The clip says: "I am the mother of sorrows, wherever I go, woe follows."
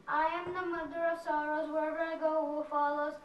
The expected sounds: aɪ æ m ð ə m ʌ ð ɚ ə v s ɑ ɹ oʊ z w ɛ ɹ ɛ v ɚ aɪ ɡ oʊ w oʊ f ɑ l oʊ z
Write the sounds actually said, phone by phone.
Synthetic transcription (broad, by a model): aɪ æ m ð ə m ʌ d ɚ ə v s ɑ ɹ oʊ z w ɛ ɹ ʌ ɚ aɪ ɡ oʊ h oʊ f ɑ l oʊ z